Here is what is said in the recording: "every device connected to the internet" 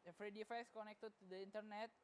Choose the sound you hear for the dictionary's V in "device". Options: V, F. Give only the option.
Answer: F